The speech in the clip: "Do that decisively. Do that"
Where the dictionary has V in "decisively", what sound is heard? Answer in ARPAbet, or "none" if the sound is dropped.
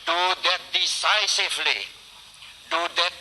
F